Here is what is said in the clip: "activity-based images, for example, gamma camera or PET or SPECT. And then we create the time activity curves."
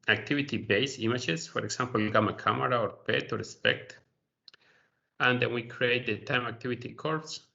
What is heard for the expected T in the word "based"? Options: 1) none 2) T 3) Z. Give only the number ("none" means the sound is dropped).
1